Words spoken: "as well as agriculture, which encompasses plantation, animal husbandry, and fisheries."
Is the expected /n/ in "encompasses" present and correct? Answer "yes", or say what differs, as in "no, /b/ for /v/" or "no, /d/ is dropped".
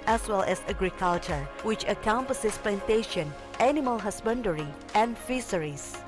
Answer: no, /n/ is dropped